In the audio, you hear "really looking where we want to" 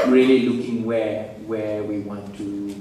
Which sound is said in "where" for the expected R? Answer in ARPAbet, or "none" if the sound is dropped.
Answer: W